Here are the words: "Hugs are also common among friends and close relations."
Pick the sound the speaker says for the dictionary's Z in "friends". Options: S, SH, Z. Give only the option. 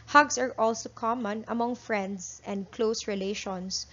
S